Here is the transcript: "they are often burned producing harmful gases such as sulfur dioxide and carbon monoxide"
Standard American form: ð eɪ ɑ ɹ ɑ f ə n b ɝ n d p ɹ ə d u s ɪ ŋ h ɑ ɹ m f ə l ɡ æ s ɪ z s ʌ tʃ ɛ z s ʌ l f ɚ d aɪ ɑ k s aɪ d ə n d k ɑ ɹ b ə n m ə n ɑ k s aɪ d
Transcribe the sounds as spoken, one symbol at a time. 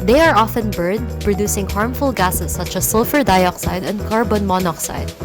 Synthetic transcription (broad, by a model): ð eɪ ɑ ɹ ɑ f ə n b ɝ d p ɹ ə d u s ɪ ŋ h ɑ ɹ m f ə l ɡ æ s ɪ s ʌ tʃ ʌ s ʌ l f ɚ d aɪ ɑ k s aɪ d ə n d k ɑ ɹ b ə n m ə n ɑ k s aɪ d